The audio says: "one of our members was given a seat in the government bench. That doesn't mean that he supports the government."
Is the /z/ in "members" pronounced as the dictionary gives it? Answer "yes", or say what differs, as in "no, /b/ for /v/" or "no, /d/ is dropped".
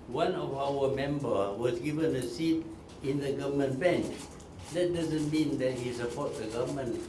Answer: no, /z/ is dropped